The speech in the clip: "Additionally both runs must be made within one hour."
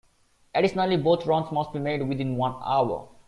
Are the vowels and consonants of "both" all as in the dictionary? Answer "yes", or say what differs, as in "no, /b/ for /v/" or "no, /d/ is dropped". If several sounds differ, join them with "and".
no, /t/ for /θ/